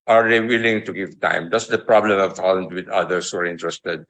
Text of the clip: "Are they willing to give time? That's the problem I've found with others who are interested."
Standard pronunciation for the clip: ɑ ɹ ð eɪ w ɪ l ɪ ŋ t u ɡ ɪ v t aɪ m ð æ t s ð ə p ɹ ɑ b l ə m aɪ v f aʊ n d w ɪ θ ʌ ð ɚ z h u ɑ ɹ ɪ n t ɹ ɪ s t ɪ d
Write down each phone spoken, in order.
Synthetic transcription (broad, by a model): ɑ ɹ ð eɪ w ɪ l ɪ ŋ t u ɡ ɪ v t aɪ m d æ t s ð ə p ɹ ɑ b l ə m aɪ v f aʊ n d w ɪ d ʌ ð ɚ s h u ɑ ɹ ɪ n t ɹ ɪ s t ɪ d